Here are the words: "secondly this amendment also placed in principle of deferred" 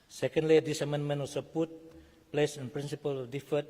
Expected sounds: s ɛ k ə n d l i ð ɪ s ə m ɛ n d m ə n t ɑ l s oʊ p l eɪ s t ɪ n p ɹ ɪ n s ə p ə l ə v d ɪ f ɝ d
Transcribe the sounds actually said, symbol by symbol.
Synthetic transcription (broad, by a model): s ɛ k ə n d l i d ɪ s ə m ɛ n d m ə n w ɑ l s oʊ p l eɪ s ɪ n p ɹ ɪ n s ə p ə l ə d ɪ f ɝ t